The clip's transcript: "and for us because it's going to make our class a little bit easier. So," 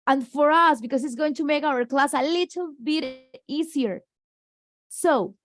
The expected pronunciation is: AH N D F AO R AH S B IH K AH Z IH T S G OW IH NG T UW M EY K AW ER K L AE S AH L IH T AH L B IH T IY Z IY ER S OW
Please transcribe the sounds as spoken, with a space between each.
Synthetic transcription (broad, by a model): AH N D F AO R AH S B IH K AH S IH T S G OW IH NG T UW M EY K AW ER K L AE S AH L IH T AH L B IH T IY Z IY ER S OW